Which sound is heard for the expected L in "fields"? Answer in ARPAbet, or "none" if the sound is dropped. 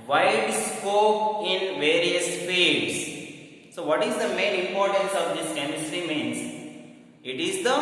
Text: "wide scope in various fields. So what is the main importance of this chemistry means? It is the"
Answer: none